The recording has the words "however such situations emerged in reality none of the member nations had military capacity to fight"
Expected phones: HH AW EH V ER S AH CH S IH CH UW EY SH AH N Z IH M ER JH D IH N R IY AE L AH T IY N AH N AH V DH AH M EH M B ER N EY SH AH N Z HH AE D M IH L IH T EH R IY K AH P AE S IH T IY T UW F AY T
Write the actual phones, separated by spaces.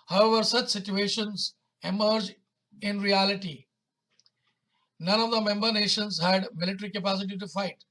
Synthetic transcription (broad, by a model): HH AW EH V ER S AH CH S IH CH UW EY SH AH N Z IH M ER JH IH N R IY AE L AH T IY N AH N AH V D AH M EH M B ER N EY SH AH N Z HH AE D M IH L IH T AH R IY K AH P AE S IH T IY T UW F AY T